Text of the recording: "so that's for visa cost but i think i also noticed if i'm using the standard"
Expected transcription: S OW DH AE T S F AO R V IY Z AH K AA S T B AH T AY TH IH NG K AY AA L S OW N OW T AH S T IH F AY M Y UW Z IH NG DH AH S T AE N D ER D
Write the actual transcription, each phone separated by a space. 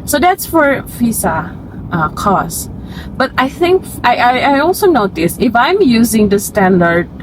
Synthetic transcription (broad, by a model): S OW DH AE T S F AO R F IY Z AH K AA S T B AH T AY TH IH NG K AY AA L S OW N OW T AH S IH F AY M Y UW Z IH NG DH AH S T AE N D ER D